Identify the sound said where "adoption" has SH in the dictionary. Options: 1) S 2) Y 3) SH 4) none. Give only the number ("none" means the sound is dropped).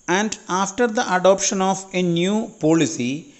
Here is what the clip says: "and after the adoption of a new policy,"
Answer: 3